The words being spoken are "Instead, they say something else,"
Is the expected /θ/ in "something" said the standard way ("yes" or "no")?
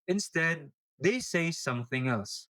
yes